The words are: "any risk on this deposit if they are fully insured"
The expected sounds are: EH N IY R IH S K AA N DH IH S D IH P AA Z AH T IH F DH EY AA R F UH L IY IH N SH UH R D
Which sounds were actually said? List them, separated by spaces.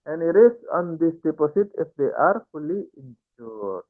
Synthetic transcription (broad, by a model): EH N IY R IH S AA N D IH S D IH P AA S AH T IH F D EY AA R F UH L IY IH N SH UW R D